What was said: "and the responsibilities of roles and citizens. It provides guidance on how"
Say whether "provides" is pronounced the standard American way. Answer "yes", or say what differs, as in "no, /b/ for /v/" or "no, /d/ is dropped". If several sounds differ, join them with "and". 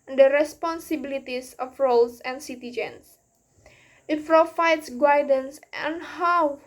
no, /f/ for /p/ and /f/ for /v/